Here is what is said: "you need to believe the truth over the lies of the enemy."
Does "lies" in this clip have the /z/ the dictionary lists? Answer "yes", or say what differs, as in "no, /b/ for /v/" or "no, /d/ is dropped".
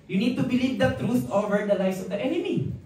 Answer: no, /s/ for /z/